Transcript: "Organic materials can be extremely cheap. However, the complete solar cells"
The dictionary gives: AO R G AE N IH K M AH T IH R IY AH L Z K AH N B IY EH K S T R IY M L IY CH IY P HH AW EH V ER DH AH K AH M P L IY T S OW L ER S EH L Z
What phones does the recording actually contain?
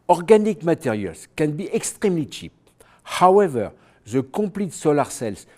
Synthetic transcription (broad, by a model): AO R G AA N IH K M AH T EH R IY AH L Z K AH N B IY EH K S T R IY M L IY CH IY P HH AW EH V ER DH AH K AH P L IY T S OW L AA S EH L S